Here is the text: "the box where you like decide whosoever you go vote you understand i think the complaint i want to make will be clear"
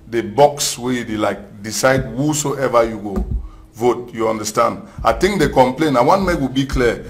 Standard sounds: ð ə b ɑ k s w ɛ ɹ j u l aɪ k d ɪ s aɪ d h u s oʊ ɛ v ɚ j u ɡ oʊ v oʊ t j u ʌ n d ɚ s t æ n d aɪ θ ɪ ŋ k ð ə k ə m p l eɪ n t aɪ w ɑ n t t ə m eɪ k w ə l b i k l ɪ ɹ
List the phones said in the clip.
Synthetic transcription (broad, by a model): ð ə b ɑ k s w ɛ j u l aɪ k d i s aɪ d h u s oʊ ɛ v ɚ j u ɡ oʊ v oʊ t j u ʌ n d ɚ s t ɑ n d aɪ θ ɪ ŋ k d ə k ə m p l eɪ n aɪ w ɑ n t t m eɪ k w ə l b i k l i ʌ